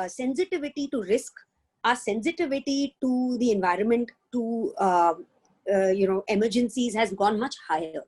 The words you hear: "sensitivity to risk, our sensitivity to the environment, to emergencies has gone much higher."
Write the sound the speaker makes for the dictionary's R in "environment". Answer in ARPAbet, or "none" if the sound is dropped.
R